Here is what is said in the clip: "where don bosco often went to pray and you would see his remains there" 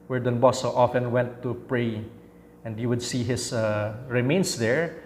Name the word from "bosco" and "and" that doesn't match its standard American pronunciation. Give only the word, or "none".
bosco